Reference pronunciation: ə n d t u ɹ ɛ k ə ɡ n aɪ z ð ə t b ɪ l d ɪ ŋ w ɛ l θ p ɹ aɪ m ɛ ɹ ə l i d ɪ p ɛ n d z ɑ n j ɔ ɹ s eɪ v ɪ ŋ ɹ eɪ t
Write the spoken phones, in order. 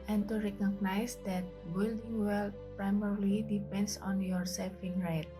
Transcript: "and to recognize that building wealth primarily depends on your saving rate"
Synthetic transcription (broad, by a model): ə n t u ɹ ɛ k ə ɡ n aɪ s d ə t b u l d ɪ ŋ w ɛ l p ɹ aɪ m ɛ ɹ l i d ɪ p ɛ n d s ɑ n j ɔ ɹ s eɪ f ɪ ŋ ɹ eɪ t